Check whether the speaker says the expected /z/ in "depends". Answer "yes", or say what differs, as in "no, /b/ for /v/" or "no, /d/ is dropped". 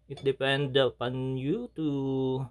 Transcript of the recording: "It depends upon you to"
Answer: no, /z/ is dropped